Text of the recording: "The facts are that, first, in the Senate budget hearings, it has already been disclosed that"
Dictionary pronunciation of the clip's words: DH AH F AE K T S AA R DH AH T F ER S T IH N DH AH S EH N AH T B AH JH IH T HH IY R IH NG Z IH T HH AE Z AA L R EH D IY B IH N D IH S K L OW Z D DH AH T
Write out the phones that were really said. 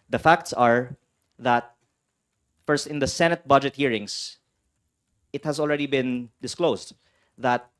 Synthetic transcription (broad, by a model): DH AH F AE K T S AA R DH AH T F ER S T IH N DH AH S EH N AH T B AH JH IH T HH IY R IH NG S IH T HH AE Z AA L R EH D IY B IH N D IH S K L OW S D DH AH T